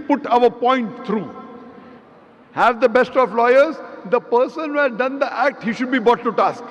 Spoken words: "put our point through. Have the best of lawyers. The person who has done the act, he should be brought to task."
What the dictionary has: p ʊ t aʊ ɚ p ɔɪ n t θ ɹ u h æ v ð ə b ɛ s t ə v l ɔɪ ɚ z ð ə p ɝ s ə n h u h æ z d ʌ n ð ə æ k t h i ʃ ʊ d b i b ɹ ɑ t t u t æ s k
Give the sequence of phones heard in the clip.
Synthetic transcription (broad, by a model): p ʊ t aʊ ɚ p ɔɪ n t t ɹ u h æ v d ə b ɛ s t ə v l ɔɪ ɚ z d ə p ɝ s ə n h u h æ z d ʌ n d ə æ k t h i ʃ ʊ d b i b ɑ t t u t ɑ s k